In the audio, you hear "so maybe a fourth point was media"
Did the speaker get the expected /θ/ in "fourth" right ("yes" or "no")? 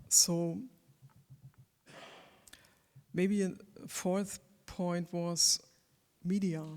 yes